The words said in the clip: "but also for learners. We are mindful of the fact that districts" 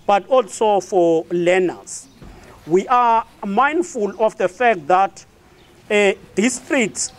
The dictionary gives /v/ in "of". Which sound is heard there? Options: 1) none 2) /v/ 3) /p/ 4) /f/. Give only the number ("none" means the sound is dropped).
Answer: 4